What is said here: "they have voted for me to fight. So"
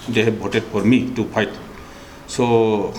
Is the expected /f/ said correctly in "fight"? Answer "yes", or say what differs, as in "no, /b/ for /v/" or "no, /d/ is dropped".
no, /p/ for /f/